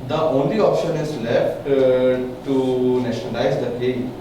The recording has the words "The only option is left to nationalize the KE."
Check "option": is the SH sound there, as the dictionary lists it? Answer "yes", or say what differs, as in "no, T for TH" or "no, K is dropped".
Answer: yes